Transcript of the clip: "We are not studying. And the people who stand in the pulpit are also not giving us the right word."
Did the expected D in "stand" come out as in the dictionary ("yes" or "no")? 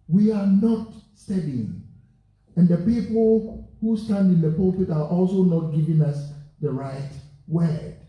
yes